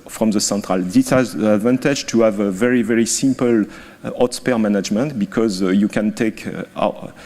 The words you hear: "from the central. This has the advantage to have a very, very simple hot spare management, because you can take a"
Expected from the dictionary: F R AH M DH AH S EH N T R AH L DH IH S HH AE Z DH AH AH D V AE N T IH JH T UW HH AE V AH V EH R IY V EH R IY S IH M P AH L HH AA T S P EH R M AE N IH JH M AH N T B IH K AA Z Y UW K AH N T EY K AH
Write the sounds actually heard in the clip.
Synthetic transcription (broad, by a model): F R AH M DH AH S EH N T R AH L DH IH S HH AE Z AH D V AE N T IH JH T UW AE V AH V EH R IY V EH R IY S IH M P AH L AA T S P EH R M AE N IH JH M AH N T B IH K AA Z Y UW K AH N T EY K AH